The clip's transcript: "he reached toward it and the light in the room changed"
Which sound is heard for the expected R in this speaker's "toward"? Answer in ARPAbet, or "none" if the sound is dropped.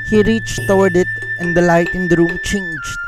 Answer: W